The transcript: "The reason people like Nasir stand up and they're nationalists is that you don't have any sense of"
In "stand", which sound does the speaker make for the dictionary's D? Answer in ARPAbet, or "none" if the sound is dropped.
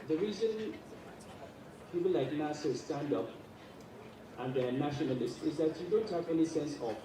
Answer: D